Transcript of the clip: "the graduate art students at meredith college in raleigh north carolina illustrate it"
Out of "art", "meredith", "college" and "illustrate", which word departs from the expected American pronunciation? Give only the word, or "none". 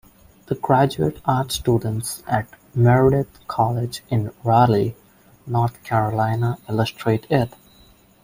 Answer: meredith